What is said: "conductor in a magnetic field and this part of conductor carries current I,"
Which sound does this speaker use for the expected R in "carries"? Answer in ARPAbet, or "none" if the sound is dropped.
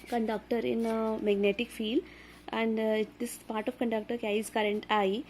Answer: none